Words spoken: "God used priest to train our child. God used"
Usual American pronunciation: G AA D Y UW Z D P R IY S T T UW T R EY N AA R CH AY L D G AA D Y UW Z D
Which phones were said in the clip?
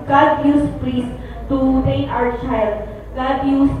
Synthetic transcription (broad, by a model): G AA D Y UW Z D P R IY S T T UW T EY AA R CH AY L G AA D Y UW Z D